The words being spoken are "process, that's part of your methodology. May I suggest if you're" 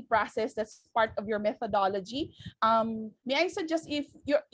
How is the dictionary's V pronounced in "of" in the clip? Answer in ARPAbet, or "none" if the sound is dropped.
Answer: V